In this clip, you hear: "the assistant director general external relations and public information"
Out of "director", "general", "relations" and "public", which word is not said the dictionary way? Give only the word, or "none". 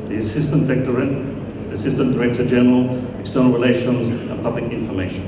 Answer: none